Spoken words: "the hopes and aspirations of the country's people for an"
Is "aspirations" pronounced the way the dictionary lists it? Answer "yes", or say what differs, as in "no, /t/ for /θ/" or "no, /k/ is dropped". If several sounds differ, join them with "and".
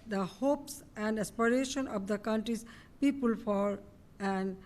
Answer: no, /z/ is dropped